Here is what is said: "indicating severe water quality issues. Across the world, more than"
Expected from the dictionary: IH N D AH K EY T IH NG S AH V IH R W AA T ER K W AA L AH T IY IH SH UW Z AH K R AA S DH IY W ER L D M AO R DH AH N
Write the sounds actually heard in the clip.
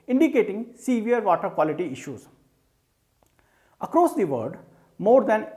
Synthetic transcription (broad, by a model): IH N D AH K EY T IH NG S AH V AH R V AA T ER K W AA L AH T IY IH SH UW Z AH K R AA S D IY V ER D M AO R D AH N